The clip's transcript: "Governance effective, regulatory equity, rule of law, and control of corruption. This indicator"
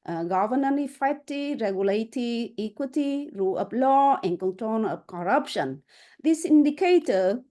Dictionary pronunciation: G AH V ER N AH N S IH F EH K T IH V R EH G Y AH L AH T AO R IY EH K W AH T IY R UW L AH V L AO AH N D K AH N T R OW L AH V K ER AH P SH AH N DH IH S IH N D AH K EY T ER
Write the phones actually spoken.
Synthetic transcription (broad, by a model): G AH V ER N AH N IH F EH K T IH R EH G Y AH L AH T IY IY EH K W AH T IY R UW L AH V L AO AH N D K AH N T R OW N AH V K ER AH P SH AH N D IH S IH N D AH K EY T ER